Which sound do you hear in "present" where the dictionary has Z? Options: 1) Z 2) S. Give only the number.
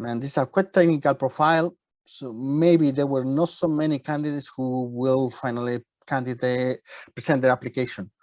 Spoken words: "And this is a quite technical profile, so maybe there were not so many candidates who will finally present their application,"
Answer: 2